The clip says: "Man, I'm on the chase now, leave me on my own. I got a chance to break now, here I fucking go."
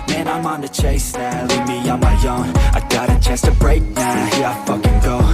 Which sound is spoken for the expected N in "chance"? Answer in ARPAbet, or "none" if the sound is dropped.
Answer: none